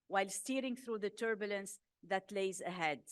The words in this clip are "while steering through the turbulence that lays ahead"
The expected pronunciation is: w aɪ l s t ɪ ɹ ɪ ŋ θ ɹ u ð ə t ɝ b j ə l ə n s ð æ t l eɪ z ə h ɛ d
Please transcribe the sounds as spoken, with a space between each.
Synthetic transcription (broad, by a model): w aɪ l s t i ɹ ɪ ŋ θ ɹ u ð ə t ɝ b j ə l ə n s ð æ t l eɪ z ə h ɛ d